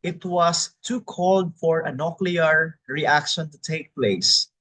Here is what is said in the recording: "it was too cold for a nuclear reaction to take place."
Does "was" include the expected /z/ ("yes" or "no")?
no